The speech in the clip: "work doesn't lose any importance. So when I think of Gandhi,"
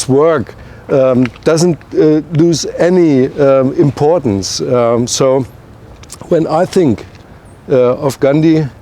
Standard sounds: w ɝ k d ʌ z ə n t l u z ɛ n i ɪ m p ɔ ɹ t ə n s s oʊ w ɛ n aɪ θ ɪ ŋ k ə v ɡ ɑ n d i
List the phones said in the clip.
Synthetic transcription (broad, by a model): w ɝ k d ʌ z ə n t l u z ɛ n i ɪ m p ɔ ɹ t n s s oʊ w ɛ n aɪ θ ɪ ŋ k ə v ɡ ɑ n d i